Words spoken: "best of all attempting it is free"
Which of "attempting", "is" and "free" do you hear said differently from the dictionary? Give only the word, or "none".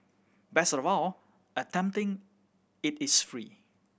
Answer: is